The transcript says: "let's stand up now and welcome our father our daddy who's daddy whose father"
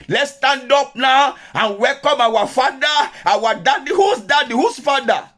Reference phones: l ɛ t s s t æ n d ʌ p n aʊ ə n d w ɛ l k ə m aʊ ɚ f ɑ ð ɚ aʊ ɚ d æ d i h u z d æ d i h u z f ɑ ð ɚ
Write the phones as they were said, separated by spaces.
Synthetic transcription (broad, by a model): l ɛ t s s t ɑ n d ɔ p n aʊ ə n w ɛ l k ə m aʊ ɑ f ɑ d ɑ aʊ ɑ d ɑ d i h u s d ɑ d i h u s f ɑ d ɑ